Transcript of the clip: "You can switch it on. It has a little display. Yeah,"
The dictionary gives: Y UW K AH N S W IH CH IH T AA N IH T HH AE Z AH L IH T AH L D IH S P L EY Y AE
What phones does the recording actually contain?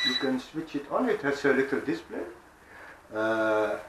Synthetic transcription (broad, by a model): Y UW K AH N S W IH CH IH T AA N IH T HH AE S AH L IH T AH L D IH S P L EY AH